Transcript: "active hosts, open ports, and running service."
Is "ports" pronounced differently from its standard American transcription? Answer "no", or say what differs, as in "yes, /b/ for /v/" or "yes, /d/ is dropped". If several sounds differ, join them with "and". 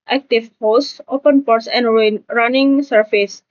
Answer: no